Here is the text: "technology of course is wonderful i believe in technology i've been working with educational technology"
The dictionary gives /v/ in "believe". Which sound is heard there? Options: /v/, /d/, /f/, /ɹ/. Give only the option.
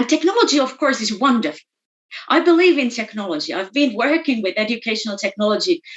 /v/